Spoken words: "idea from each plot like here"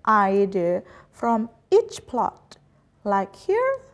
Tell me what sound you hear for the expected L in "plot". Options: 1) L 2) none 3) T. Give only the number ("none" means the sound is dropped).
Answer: 1